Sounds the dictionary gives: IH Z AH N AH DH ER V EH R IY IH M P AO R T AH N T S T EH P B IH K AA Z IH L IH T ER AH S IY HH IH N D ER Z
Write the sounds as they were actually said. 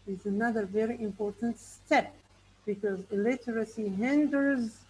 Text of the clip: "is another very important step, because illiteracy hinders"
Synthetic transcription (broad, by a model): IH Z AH N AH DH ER V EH R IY IH M P AO R T AH N T S T EH P B IH K AA Z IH L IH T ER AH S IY HH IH N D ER Z